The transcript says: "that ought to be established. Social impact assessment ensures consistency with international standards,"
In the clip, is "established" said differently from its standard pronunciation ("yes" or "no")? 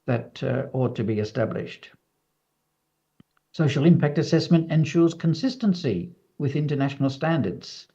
no